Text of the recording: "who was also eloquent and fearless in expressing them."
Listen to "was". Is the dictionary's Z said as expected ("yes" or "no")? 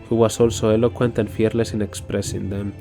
no